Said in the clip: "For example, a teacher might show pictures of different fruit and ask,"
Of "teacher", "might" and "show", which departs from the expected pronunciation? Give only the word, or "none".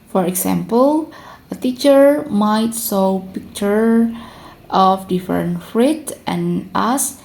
show